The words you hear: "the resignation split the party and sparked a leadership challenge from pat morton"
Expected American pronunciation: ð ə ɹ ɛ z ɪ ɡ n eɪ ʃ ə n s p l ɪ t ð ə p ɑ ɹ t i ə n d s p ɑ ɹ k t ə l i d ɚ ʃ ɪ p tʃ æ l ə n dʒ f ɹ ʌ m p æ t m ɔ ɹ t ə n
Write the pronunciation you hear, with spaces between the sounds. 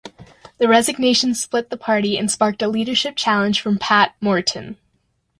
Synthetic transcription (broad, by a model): ð ə ɹ ɛ z ɪ ɡ n eɪ ʃ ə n s p l ɪ t ð ə p ɑ ɹ t i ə n s p ɑ ɹ k t ə l i d ɚ ʃ ɪ p tʃ æ l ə n ʒ f ɹ ʌ m p æ t m ɔ ɹ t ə n